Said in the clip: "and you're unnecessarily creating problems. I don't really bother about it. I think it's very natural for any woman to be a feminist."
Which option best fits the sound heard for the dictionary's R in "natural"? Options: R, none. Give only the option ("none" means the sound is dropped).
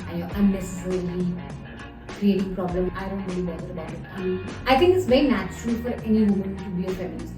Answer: R